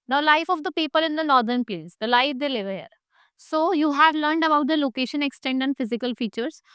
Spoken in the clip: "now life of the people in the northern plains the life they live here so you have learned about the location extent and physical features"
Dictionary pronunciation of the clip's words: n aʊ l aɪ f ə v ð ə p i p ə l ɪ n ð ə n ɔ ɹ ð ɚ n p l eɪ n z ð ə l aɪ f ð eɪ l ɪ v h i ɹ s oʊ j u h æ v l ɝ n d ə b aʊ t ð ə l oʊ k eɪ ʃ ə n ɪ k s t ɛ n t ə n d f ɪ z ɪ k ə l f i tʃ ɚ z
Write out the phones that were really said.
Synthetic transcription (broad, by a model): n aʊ l aɪ f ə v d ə p i p ə l ɪ n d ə n ɔ ɹ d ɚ n p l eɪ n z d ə l aɪ f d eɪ l ɪ v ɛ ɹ s oʊ j u h æ v l ɝ n d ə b aʊ t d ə l oʊ k eɪ ʃ ə n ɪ k s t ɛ n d ə n d f ɪ z ɪ k ə l f i tʃ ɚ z